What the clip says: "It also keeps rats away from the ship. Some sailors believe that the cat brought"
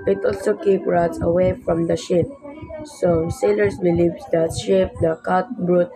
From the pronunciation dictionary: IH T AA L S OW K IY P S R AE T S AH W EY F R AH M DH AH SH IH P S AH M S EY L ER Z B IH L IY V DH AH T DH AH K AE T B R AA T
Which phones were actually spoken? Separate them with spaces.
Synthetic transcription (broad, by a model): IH T AA L S OW K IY P R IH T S AH W EY F R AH M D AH SH IH P S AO S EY L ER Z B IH L IY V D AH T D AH K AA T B R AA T